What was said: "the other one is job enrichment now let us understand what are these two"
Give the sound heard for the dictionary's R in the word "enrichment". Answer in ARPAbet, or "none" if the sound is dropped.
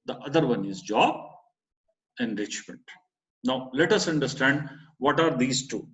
R